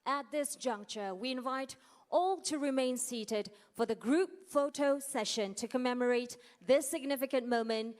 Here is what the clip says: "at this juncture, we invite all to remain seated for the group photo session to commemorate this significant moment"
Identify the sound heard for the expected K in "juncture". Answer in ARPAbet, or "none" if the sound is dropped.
K